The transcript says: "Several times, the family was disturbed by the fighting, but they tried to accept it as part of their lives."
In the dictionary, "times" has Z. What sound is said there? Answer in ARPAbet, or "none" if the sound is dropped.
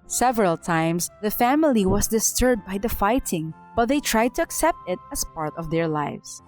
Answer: S